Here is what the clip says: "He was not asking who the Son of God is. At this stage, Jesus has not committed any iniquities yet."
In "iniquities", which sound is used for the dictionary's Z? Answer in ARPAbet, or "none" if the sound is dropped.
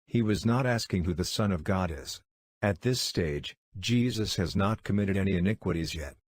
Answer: Z